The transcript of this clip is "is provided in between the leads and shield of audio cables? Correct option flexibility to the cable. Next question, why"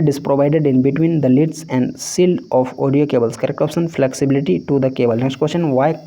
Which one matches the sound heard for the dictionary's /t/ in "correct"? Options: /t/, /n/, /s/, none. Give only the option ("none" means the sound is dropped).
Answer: none